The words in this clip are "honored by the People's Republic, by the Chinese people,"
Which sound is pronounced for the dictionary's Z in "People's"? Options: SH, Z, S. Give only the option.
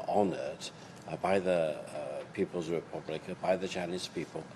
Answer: Z